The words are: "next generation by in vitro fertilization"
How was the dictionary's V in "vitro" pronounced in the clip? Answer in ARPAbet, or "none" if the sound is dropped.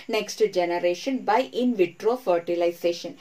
V